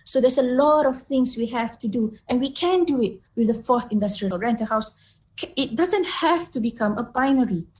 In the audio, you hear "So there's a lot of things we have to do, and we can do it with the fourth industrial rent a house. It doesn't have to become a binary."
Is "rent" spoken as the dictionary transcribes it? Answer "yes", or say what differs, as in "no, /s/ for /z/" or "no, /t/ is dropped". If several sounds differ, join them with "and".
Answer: yes